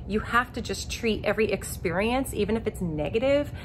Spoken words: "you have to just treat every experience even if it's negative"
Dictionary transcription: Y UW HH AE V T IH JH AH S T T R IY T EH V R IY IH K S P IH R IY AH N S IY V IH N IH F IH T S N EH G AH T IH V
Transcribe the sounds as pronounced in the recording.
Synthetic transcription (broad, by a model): Y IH HH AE F T IH JH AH S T T R IY T EH V R IY IH K S P IH R IY AH N S IY V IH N IH F IH T S N EH G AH T IH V